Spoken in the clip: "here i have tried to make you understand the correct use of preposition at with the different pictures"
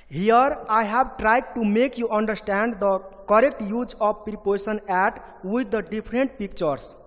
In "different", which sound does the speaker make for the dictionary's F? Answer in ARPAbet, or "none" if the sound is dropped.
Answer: P